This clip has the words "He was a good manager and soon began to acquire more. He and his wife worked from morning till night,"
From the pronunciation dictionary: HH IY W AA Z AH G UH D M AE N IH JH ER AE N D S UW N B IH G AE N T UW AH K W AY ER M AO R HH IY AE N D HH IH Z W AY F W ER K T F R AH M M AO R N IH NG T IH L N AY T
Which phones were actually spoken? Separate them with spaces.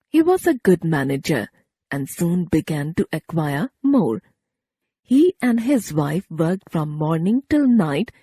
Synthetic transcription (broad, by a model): HH IY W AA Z AH G UH D M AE N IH JH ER AE N D S UW N B IH G AE N T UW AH K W AY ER M AO R HH IY AE N D HH IH Z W AY F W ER K T F R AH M M AO R N IH NG T IH L N AY T